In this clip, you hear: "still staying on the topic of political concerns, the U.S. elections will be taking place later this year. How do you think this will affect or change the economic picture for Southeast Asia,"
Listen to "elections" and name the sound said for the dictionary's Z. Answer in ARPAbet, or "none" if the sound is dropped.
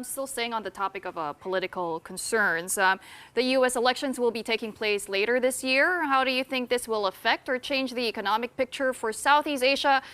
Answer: Z